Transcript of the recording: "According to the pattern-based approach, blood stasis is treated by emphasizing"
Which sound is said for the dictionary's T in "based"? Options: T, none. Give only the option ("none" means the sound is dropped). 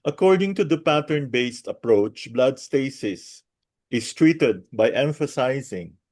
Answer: T